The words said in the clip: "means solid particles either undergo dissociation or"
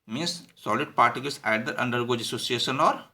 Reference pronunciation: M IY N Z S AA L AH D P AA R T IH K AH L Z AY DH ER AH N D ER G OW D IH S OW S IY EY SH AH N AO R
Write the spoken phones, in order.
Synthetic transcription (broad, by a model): M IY N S S AA L AH D P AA R T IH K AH L S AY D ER AH N D ER G OW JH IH S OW S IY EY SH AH N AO R